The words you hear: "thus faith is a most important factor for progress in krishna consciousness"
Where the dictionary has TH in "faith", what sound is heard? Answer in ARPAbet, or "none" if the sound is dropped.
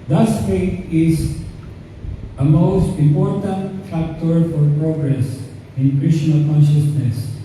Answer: T